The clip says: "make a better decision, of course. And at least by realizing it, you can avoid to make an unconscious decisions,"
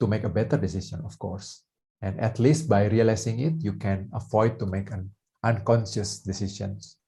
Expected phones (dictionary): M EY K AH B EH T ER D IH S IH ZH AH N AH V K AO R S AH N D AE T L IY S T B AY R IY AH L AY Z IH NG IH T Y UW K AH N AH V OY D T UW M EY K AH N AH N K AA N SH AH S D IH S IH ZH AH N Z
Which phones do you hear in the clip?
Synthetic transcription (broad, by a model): M EY K AH B EH T ER D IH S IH S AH N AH F K AO R S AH N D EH T L IY S T B AY R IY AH L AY S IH NG IH T Y UW K AH N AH F OY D T UW M EY K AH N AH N K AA N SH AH S D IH S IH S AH N